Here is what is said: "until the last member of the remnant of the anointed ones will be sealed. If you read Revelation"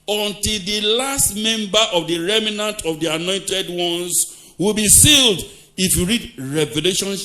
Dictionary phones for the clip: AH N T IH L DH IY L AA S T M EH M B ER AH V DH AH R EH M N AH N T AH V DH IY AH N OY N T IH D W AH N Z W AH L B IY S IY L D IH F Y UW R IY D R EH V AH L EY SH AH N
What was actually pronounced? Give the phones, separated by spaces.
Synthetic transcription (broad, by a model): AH N T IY L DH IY L AA S T M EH M B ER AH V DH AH R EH M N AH N T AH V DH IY AH N OY N T IH D W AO N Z W AH L B IY S IY L D IH F Y UW R IY D R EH V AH L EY SH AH N